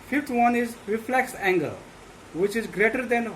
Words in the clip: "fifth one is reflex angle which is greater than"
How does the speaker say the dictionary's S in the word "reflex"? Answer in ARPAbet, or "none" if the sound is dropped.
S